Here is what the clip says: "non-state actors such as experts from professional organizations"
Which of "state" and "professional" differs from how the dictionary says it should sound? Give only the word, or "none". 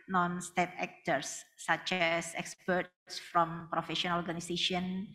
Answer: professional